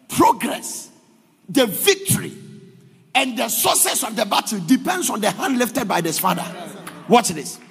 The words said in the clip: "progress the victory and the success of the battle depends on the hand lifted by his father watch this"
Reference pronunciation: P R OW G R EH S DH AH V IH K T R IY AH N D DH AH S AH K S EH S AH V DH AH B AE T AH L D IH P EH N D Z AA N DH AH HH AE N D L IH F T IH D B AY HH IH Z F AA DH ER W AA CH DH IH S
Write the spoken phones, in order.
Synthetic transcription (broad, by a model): P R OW G R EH S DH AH V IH K T R IY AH N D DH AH S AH S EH S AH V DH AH B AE T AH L D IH P EH N D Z AA N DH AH HH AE N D L IH F T IH D B AY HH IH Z F AA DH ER W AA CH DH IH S